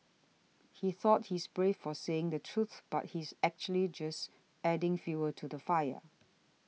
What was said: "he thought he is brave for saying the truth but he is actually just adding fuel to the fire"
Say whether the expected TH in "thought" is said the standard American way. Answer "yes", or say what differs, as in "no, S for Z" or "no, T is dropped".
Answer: yes